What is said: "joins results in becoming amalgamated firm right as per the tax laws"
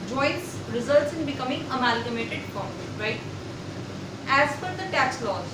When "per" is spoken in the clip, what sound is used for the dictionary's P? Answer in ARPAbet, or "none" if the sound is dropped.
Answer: F